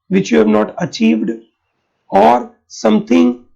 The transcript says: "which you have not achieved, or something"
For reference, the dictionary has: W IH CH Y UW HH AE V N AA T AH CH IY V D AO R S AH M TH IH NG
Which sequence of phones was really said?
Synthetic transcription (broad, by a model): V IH CH Y UW HH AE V N AA T AH CH IY V D AO R S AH M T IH NG